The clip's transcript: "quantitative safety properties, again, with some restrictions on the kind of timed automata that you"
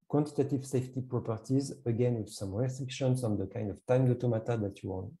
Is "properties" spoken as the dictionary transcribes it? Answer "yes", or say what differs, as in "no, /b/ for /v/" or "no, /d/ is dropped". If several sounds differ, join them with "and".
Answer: yes